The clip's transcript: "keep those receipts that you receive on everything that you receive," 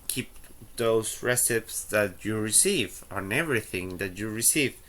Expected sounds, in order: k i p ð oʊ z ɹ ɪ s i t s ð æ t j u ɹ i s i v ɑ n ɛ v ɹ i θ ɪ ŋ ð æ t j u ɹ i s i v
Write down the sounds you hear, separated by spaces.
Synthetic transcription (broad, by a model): k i p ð oʊ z ɹ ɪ s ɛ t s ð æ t j u ɹ i s i v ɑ n ɛ v ɹ i θ ɪ ŋ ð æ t j u ɹ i s i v